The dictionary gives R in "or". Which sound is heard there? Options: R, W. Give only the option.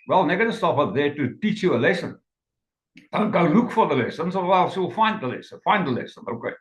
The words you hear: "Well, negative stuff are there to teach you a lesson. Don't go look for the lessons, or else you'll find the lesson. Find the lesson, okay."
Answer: W